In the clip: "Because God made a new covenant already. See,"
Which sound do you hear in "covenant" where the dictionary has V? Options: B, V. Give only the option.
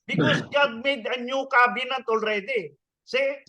B